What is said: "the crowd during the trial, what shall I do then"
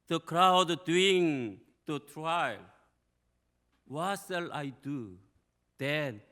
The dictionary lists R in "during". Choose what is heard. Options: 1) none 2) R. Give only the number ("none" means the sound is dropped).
1